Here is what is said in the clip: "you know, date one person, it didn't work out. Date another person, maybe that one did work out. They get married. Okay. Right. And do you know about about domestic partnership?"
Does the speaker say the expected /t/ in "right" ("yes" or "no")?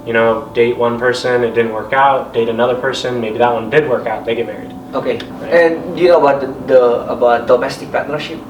no